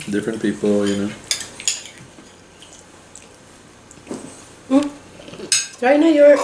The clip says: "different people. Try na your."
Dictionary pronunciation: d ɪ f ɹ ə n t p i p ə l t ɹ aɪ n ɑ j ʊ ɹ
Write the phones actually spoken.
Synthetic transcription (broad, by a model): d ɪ f ɹ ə n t p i p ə n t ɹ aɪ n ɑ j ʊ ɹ